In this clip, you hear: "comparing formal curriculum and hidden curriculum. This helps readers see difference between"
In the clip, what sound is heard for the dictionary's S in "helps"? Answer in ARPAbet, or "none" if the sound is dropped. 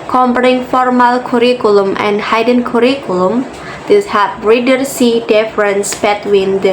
none